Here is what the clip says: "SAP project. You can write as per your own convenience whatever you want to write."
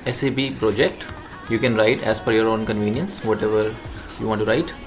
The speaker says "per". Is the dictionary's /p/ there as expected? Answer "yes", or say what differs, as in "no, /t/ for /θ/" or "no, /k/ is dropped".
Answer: no, /f/ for /p/